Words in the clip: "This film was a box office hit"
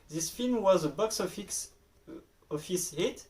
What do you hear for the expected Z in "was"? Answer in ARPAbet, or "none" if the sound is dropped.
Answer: Z